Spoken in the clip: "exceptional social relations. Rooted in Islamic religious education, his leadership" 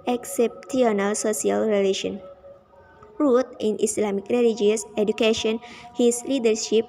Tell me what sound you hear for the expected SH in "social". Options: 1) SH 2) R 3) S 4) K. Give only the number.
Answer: 3